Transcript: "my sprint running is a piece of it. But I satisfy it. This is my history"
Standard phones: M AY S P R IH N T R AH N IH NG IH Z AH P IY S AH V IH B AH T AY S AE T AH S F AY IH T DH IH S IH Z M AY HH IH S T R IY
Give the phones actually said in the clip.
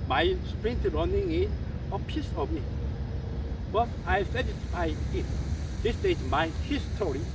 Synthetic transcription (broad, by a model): M AY S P R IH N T R AH N IH NG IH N AH P IY S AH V IH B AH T AY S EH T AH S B AY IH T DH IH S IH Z M AY HH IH S T R IY